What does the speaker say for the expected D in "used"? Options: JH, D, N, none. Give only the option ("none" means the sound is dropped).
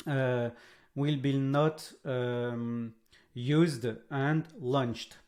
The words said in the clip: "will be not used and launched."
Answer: D